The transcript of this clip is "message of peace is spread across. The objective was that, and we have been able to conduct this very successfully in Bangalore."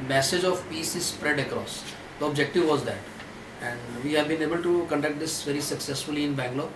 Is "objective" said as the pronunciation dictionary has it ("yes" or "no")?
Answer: yes